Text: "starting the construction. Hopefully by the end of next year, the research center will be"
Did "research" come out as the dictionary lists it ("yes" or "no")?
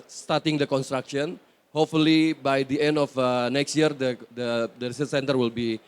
no